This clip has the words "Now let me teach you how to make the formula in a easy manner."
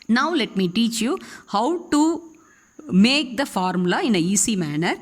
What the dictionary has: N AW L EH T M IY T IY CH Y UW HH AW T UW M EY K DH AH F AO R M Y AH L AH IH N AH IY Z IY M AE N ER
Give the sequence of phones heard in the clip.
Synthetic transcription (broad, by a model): N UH L EH T M IY T IY CH Y UW HH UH T UW M EY K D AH F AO R M L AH IH N AH IY S IY M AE N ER